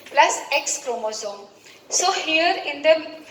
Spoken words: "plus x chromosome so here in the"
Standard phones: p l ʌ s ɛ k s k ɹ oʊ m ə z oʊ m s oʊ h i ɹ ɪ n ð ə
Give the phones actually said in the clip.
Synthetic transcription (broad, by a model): p l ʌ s ɛ k s k ɹ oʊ m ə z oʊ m s oʊ h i ɹ ɪ n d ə